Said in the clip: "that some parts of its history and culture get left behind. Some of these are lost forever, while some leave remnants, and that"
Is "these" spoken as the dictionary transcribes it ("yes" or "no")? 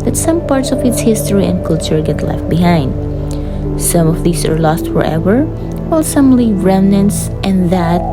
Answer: no